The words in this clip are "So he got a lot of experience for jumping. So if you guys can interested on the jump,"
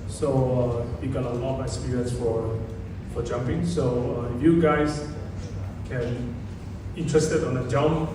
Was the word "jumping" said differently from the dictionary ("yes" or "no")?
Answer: no